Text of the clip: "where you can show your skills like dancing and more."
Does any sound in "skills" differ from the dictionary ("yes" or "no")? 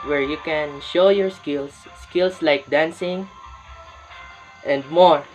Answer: yes